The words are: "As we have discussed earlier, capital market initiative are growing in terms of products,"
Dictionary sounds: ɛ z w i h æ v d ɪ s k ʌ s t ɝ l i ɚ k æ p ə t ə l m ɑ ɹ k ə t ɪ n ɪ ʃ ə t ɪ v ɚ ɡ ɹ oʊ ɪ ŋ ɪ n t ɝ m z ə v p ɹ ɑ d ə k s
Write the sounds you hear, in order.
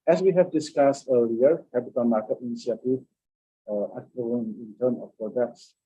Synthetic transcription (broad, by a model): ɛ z w i h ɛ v d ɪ s k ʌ s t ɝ l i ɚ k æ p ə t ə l m ɑ ɹ k ə t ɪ n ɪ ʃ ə t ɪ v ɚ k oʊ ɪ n ɪ n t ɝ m ə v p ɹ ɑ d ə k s